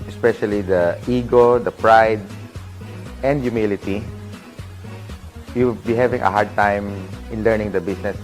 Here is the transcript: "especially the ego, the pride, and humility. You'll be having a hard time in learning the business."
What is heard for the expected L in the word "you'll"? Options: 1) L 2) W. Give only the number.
2